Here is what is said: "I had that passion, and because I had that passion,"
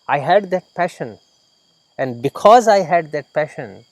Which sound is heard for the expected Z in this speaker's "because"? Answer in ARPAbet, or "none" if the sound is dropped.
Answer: Z